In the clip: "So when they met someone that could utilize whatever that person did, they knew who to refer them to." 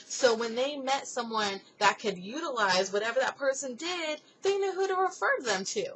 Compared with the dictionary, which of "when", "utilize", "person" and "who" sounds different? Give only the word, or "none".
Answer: none